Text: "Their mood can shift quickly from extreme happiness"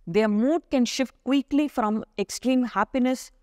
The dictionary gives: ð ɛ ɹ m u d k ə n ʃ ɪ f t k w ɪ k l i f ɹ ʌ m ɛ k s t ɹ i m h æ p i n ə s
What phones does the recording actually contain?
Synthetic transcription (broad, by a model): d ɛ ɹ m u d k ə n ʃ ɪ f t k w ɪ k l i f ɹ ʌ m ɛ k s t ɹ i m h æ p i n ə s